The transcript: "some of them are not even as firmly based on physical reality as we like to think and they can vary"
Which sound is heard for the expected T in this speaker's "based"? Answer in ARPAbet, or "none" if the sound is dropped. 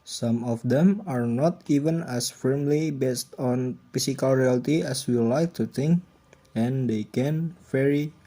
T